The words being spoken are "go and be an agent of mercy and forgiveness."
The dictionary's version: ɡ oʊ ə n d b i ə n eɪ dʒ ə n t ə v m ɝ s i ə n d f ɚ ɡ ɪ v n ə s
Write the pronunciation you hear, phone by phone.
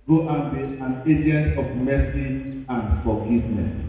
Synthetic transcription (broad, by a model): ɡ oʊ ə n b i ə n eɪ dʒ ə n t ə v m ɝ s i ə n d f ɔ ɡ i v n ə s